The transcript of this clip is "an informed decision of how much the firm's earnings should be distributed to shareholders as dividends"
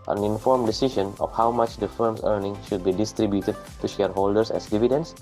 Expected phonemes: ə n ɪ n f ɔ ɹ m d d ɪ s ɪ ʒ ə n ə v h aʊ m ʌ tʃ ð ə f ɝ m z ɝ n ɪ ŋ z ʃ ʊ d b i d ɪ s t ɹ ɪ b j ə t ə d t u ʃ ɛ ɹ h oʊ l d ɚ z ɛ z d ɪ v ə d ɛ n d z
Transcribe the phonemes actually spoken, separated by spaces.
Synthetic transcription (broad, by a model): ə n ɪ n f ɔ ɹ m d d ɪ s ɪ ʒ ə n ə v h aʊ m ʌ tʃ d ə f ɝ m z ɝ n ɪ ŋ ʃ ʊ d b i d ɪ s t ɹ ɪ b j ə t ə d t u ʃ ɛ ɹ h oʊ l d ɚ s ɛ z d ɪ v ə d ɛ n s